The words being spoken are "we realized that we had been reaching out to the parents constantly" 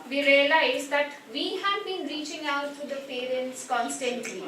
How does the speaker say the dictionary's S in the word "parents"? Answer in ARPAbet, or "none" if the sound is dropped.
S